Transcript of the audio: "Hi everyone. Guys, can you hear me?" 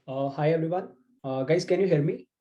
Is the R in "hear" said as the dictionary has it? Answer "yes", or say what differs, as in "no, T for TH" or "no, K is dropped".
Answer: no, L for R